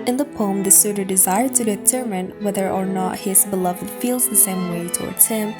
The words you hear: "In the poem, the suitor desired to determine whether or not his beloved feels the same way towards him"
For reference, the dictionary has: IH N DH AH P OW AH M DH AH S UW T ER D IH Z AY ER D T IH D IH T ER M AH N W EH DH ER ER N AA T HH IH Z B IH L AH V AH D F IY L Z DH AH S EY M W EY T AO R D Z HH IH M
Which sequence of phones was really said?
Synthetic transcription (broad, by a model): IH N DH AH P OW AH M DH AH S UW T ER D IH Z AY ER D T IH D IH T ER M AH N W EH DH ER ER N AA T HH IH Z B IH L AH V AH D F IY L Z DH AH S EY M W EY T AO R D Z HH IH M